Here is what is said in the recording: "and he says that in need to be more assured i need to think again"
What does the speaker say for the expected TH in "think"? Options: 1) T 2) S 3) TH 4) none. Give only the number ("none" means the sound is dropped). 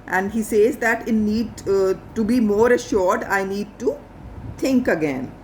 1